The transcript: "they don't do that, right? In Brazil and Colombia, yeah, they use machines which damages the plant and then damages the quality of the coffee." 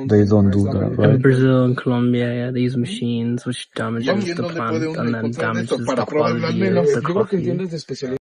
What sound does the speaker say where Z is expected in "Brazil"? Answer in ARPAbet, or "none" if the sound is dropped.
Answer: Z